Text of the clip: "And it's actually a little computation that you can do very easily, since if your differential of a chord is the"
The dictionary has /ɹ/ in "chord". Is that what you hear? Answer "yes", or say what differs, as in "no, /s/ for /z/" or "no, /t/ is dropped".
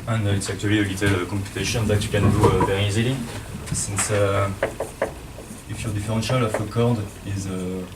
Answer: yes